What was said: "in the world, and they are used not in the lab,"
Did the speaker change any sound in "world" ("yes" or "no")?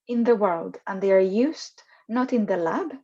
no